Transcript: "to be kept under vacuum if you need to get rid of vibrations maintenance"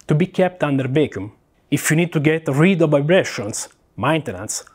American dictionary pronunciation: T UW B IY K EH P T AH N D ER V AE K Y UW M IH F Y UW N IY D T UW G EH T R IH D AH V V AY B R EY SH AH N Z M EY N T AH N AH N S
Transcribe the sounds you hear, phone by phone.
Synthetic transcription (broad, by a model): T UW B IY K EH P T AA N D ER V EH K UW M IH F Y UW N IY D T UW G EH T R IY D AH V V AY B R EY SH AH N S M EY N T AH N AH N S